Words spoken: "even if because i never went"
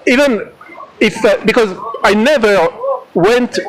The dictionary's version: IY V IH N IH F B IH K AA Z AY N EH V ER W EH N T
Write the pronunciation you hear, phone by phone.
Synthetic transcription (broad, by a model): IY V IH N IH F B IH K AA Z AY N EH V ER W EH N T